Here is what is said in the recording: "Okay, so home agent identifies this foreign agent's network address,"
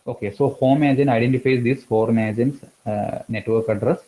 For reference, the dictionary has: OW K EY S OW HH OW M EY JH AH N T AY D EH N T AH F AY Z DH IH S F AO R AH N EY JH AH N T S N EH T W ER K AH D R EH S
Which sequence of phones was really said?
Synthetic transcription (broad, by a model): OW K EY S OW HH OW M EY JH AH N AY D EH N T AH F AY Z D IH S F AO R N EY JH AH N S N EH T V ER K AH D R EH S